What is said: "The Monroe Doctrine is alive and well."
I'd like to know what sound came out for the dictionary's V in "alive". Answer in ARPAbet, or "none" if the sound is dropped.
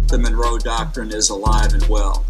V